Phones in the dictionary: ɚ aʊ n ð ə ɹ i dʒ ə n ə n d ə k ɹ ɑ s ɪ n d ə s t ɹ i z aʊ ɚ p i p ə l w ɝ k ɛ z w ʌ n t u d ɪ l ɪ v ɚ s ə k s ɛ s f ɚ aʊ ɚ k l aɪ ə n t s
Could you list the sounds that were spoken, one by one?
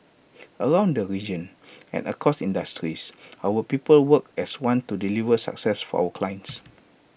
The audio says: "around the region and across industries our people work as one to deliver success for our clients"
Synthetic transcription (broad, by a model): ɚ aʊ n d ə ɹ i dʒ ə n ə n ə k ɑ s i n d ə s t ɹ i s aʊ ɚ p i p ə l w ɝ k ɛ s w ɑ n t u d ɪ l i v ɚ s ə k s ɛ s f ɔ aʊ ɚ k l aɪ ə n t s